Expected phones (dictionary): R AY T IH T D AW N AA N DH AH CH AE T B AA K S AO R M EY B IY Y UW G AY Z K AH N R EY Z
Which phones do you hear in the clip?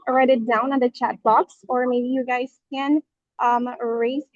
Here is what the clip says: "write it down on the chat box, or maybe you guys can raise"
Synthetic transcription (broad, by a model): R AY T IH T D AW N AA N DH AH CH AE T B AA K S AO R M EY B IY Y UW G AY Z K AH N R EY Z